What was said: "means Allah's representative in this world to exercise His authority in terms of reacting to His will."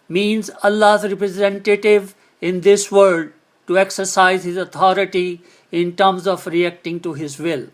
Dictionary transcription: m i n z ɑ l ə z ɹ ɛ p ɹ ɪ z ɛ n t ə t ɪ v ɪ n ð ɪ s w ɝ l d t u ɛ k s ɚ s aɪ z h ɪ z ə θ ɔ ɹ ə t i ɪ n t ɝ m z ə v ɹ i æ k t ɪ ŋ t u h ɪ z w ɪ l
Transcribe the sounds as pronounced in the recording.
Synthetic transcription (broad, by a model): m i n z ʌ l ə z ɹ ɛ p ɹ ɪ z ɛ n t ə t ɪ v ɪ n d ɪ s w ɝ d t u ɛ k s ɚ s aɪ z h ɪ z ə t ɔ ɹ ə t i ɪ n t ɝ m z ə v ɹ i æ k t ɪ ŋ t u h ɪ z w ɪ l